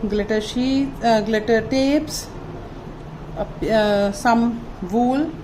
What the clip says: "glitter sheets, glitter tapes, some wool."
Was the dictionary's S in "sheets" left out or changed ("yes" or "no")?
yes